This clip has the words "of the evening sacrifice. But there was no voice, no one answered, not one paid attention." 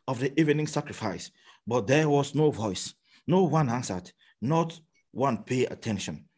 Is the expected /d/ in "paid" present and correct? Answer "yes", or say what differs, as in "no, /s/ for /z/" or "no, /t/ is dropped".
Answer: no, /d/ is dropped